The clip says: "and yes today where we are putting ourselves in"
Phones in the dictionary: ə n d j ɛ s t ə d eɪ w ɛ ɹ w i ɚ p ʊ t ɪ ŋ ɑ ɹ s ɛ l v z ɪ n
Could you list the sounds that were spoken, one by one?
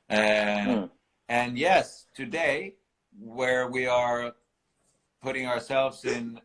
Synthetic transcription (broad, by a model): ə n j ɛ s t ə d eɪ w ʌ ɹ w i ɚ p ʊ t ɪ ŋ ɑ ɹ s ɛ l v z ɪ n